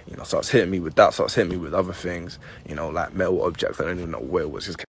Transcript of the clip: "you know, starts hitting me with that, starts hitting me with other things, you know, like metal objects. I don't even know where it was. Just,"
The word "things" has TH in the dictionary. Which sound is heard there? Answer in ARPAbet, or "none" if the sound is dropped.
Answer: TH